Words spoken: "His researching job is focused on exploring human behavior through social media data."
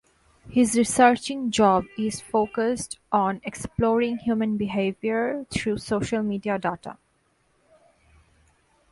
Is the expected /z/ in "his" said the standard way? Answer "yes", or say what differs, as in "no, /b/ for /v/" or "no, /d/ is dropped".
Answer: yes